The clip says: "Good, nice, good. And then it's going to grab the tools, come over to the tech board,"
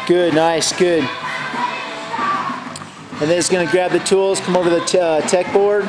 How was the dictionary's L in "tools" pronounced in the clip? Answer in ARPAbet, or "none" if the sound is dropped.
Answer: L